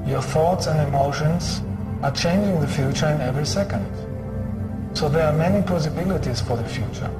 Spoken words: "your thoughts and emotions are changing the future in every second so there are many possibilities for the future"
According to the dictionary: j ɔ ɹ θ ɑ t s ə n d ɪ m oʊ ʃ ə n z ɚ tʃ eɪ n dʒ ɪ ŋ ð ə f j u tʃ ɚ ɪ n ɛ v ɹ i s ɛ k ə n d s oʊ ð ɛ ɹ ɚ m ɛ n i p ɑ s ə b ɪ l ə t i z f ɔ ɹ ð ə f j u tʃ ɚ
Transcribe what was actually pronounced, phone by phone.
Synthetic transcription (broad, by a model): j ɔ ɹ θ ɑ t s ə n d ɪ m oʊ ʃ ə n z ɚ tʃ eɪ n dʒ ɪ ŋ ð ə f j u tʃ ɚ ɪ n ɛ v ɹ i s ɛ k ə n d s oʊ ð ɛ ɹ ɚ m ɛ n i p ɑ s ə b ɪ l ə t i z f ɔ ɹ ð ə f j u tʃ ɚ